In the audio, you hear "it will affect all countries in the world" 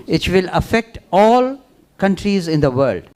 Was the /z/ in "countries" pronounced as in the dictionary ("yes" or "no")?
yes